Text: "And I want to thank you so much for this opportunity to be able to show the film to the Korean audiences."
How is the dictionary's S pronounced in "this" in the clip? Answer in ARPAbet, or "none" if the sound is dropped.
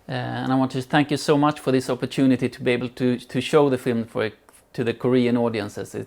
S